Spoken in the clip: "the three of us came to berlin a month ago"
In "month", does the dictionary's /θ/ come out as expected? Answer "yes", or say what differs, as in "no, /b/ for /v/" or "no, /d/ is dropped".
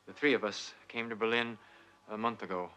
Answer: yes